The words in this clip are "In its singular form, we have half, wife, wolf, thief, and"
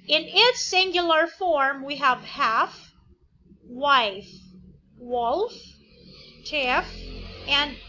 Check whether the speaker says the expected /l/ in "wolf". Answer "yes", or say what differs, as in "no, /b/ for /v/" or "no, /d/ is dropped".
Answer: yes